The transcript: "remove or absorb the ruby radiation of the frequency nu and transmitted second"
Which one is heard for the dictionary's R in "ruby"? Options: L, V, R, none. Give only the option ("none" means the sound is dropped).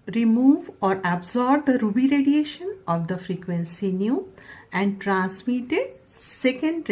R